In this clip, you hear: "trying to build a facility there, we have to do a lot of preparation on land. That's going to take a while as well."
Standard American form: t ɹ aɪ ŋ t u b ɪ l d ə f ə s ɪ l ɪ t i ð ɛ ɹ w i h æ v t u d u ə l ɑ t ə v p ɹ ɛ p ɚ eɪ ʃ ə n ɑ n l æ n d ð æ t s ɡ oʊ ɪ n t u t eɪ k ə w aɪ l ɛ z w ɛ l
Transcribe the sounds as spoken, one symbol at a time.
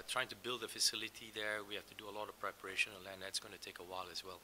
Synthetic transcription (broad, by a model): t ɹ aɪ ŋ t u b ɪ l d ə f ə s ɪ l ɪ t i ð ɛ ɹ w i h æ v t u d u ə l ɑ t ə v p ɹ ɛ p ɚ eɪ ʃ ə n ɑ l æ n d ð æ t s ɡ oʊ ɪ n t u t eɪ k ə w aɪ l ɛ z w ɛ l